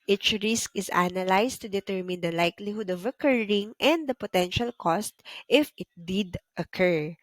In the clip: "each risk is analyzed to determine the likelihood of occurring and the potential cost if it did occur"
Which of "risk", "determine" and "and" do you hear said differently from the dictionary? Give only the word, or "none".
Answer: none